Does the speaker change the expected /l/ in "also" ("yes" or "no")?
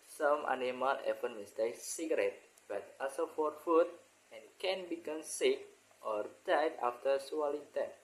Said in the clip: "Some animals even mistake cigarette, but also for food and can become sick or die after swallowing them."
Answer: yes